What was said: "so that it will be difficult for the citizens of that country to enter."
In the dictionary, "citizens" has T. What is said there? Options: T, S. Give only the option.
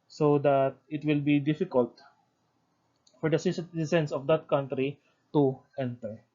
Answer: S